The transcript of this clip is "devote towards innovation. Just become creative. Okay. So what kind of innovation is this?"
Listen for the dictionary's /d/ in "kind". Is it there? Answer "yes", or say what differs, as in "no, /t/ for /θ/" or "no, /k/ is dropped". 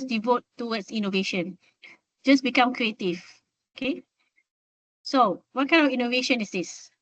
no, /d/ is dropped